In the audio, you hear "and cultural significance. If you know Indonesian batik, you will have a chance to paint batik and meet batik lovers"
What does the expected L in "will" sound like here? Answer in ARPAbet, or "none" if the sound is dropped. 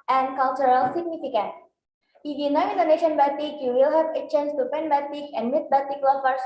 L